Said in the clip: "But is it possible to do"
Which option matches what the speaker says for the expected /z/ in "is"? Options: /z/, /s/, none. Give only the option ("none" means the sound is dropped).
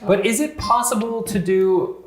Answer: /z/